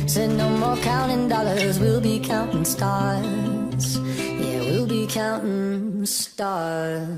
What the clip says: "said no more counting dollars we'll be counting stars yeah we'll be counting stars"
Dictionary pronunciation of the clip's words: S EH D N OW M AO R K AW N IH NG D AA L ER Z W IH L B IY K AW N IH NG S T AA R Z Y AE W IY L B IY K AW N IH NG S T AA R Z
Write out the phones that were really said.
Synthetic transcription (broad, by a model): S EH N OW M AO R K AW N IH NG D AA L ER Z W IH L B IY K AW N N S T AA R Z Y AE W IY L B IY K AW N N S T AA R